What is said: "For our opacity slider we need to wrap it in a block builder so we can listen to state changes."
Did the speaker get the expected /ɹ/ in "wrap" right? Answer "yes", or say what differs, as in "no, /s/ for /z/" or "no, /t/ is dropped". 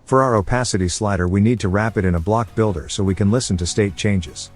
yes